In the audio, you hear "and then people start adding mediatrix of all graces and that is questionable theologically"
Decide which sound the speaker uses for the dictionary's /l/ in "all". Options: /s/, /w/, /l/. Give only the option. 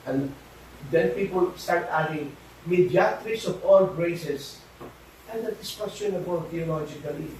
/l/